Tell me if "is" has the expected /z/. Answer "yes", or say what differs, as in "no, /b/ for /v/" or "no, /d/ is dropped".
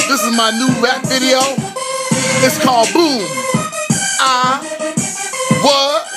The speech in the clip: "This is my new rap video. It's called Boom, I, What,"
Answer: yes